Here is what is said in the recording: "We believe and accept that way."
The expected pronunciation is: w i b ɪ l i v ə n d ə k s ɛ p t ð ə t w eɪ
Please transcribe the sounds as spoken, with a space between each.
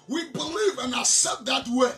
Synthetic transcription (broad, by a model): w i b ɪ l i v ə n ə s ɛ t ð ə t w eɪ